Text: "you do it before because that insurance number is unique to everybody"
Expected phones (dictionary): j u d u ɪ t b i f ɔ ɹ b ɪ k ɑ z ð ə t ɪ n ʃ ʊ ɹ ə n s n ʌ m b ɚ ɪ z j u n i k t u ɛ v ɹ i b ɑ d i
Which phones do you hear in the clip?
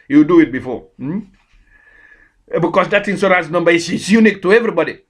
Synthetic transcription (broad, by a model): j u d u ɪ t b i f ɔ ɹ b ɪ k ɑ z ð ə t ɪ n s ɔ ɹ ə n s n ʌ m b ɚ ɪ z j u n i k t u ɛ v ɹ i b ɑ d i